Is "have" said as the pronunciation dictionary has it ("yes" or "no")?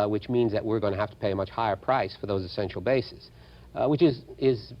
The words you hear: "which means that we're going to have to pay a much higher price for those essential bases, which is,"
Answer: no